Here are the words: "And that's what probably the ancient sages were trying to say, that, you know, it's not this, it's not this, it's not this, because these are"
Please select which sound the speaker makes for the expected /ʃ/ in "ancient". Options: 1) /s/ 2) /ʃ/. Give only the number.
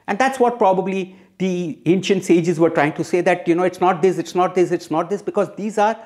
2